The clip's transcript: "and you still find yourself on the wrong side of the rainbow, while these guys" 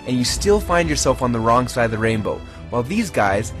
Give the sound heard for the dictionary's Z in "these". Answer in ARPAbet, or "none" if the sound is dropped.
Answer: Z